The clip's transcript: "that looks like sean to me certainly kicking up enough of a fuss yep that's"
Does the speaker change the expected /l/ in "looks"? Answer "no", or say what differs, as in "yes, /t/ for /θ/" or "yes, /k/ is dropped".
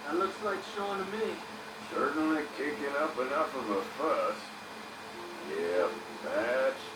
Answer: no